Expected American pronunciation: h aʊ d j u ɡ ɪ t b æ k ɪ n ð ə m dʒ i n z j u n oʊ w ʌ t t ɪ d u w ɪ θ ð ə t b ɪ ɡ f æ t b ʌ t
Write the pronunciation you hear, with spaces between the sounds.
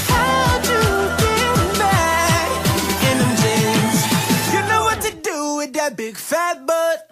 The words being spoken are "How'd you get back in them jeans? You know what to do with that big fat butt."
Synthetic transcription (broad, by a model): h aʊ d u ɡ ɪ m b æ ɪ n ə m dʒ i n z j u n oʊ w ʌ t t ɪ d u w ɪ ð ə t b ɪ ɡ f æ t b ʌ t